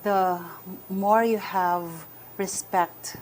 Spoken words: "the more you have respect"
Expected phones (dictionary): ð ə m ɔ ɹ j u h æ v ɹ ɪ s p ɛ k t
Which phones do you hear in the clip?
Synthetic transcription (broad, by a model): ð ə m ɔ ɹ j u h æ v ɹ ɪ s p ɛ k t